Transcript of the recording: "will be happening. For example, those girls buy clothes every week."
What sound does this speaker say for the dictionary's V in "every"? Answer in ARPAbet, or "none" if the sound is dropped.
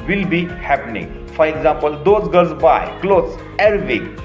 none